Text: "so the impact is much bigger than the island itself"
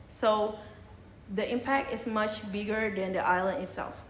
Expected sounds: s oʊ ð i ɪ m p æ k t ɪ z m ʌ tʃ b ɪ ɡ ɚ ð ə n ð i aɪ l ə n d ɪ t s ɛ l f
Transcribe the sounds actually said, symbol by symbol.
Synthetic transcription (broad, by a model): s oʊ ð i ɪ m p æ k t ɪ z m ʌ tʃ b ɪ ɡ ɚ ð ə n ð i aɪ l ə n d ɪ t s ɛ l f